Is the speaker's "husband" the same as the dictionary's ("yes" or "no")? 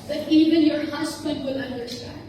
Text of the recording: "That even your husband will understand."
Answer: no